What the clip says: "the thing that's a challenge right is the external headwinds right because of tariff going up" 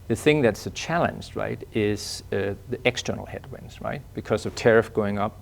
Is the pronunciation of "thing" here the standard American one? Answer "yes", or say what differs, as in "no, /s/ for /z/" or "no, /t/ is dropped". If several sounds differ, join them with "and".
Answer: yes